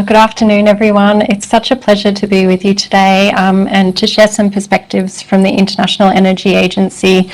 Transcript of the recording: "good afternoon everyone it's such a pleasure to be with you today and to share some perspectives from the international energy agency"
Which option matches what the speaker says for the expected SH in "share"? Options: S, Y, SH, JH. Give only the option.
SH